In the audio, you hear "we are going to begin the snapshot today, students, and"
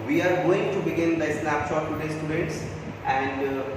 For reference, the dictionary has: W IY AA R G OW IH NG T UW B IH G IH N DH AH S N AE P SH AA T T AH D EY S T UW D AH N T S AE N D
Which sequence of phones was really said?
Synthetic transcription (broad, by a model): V IY AA R G OW IH NG T UW B IH G IH N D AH S L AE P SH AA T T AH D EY S T UW D AH N T S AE N D